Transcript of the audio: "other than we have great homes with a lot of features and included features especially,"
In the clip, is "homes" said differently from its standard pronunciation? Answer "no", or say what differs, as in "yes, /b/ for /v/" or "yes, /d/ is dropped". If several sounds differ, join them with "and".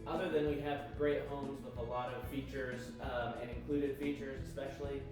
no